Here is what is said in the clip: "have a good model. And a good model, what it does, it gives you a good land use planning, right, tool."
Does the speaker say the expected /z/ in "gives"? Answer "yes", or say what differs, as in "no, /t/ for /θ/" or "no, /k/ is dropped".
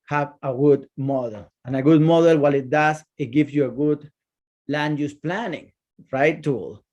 no, /s/ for /z/